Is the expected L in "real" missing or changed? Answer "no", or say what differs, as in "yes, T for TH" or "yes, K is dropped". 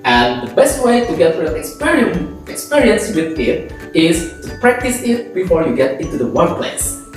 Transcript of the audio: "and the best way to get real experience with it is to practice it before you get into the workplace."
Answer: yes, N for L